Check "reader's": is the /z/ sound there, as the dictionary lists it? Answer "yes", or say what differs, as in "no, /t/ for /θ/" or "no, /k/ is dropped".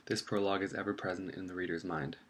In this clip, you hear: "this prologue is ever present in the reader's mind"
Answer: yes